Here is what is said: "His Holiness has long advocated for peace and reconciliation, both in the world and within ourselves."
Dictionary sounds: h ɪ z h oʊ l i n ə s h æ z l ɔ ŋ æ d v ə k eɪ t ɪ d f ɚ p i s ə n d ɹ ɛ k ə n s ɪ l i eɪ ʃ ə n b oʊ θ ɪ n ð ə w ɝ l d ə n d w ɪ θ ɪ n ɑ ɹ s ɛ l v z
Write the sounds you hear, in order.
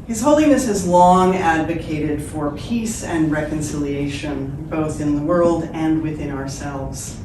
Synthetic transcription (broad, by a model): h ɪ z h oʊ l i n ə s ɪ z l ɔ ŋ æ d v ə k eɪ t ɪ d f ɚ p i s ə n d ɹ ɛ k ə n s ɪ l i eɪ ʃ ə n b oʊ θ ɪ n ð ə w ɝ l d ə n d w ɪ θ ɪ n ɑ ɹ s ɛ l v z